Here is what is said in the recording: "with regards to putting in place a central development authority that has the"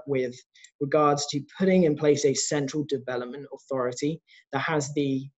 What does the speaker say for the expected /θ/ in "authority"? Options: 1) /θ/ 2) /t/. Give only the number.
1